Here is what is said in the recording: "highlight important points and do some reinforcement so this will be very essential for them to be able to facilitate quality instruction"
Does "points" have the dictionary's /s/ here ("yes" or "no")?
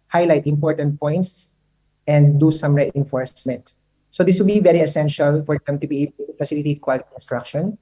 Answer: yes